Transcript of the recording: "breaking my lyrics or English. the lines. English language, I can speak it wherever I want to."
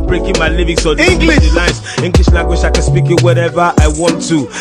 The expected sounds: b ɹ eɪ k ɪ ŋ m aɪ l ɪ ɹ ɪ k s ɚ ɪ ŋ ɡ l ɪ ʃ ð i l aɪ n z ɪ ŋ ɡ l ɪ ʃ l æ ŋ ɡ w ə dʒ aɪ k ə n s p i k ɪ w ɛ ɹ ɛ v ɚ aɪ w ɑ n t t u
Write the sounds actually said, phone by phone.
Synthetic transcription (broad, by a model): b ɹ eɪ k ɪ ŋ m aɪ l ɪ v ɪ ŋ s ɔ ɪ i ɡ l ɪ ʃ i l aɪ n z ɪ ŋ ɡ l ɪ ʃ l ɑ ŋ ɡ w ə ʃ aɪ k ə n s p i k ɪ w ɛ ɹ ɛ v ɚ aɪ w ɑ n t t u